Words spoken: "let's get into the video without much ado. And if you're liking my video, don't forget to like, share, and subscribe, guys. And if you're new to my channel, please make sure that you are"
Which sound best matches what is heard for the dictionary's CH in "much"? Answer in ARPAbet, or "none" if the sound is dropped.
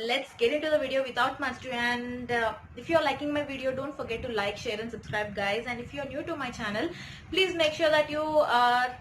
S